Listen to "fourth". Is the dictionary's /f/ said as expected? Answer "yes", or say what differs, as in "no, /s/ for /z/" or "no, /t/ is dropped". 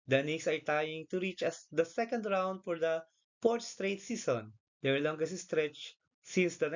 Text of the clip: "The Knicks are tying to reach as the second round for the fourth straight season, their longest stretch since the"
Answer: no, /p/ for /f/